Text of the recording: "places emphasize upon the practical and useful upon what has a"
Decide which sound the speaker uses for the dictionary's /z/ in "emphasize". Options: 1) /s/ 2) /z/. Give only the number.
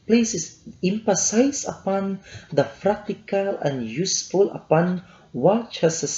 1